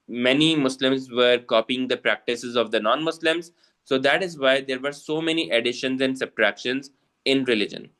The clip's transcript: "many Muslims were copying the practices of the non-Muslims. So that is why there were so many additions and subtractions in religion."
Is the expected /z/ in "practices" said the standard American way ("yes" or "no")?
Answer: yes